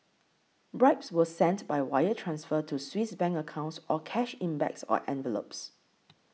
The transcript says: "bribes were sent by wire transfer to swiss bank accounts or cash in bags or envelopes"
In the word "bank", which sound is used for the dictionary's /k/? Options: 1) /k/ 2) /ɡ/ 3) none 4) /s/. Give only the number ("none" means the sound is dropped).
3